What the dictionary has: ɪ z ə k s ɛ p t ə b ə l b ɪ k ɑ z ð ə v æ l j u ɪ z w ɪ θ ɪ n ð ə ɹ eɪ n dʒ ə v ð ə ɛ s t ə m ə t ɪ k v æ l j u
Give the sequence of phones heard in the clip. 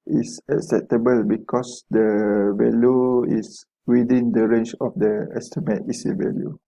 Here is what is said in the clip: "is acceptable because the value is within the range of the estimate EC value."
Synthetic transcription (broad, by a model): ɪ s ə k s ɛ p t ə b ə l b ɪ k ɑ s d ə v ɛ l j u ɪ s w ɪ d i n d ə ɹ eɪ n tʃ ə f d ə ɛ s t ə m ə t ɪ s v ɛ l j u